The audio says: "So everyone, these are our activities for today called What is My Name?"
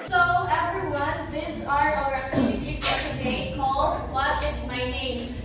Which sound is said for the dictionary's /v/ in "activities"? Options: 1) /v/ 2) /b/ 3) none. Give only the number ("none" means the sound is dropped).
3